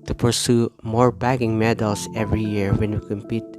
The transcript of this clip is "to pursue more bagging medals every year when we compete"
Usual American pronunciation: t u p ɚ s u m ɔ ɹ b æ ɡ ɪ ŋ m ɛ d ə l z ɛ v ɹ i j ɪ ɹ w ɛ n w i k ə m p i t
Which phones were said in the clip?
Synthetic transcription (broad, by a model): t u p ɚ s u m ɔ ɹ b æ ɡ ɪ ŋ m ɛ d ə l s ɛ v ɹ i j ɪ ɹ w ɛ n w i k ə m p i t